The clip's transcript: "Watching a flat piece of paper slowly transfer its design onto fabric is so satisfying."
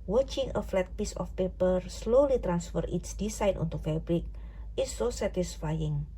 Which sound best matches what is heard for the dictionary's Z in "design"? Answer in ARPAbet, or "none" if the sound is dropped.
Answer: S